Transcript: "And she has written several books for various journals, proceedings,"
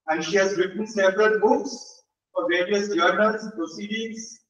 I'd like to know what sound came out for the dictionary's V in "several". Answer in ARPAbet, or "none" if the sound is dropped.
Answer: P